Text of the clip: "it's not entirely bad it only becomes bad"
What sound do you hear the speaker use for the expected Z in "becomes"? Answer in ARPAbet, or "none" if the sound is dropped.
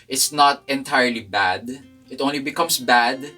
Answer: S